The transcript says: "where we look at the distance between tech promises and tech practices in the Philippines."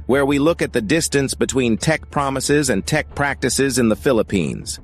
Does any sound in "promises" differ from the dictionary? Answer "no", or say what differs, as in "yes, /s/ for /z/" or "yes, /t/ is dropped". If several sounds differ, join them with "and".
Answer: no